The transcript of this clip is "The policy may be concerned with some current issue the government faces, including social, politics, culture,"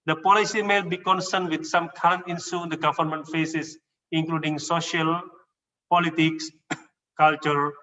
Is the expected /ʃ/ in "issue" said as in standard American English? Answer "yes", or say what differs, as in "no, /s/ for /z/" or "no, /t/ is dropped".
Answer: no, /s/ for /ʃ/